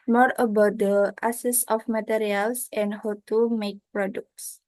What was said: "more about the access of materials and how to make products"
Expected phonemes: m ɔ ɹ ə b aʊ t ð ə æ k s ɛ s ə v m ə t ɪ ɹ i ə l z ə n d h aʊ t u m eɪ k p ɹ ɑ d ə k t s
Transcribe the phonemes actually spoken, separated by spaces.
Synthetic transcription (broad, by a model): m ɔ ɹ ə b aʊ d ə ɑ s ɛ s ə f m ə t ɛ ɹ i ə l s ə n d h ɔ t u m eɪ k p ɹ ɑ d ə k t s